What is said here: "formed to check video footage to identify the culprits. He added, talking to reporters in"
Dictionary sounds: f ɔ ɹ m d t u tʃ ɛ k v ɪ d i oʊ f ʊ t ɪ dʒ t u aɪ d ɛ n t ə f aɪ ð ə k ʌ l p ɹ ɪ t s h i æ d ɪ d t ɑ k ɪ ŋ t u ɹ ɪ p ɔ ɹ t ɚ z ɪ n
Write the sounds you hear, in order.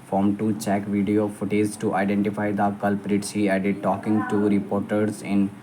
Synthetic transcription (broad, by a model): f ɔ ɹ m t u tʃ ɛ k v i d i oʊ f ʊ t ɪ z t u aɪ d ɛ n t ə f aɪ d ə k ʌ l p ɹ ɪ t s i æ d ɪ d t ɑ k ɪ ŋ t u ɹ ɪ p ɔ ɹ t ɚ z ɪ n